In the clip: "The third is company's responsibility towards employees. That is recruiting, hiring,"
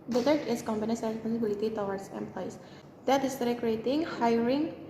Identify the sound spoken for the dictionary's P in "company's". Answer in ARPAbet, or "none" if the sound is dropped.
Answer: B